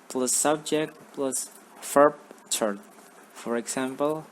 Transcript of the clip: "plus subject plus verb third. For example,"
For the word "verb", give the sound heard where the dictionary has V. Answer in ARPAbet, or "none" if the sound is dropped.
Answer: F